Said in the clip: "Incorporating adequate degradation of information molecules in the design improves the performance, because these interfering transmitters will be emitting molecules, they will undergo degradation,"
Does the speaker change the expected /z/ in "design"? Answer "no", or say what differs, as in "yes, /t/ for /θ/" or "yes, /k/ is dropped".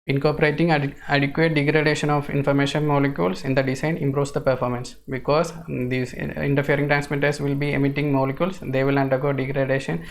yes, /s/ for /z/